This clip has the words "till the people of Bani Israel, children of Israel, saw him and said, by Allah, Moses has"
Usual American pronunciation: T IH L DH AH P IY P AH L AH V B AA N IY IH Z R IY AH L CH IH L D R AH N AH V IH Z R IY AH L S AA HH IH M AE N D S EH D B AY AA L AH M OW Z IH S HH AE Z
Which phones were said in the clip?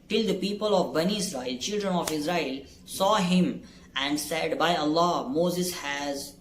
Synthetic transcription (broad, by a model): T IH L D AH P IY P AH L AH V B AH N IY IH S R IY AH L CH IH L D R AH N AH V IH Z R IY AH L S AA HH IH M AE N D S EH D B AY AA L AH M OW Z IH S HH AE Z